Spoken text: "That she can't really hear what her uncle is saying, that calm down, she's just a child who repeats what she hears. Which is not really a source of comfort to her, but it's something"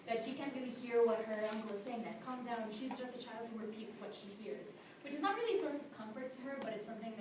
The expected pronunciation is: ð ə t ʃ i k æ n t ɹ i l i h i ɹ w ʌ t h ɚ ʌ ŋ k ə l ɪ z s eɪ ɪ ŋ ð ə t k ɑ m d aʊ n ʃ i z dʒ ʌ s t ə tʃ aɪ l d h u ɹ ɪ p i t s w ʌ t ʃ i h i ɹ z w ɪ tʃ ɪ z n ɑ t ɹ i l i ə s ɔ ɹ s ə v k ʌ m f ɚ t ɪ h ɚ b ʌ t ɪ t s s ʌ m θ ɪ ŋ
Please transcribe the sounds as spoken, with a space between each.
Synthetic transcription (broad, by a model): ð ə t ʃ i k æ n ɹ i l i h i ɹ w ʌ t h ɚ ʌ ŋ k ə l ɪ z s eɪ ɪ ŋ ð ə t k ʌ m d aʊ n ʃ i z dʒ ʌ s t ə tʃ aɪ l d h u ɹ ɪ p i t s w ʌ t ʃ i h i ɹ z w ɪ tʃ ɪ z n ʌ t ɹ i l i ə s ɔ ɹ s ə v k ʌ m f ɚ t ɪ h ɚ b ʌ t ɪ t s s ʌ m θ ɪ ŋ